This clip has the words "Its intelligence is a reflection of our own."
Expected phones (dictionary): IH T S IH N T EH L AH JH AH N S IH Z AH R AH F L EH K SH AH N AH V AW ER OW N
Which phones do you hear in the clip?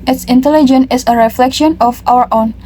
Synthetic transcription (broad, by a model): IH T S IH N T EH L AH JH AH N IH S AH R AH F L EH K SH AH N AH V AW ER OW N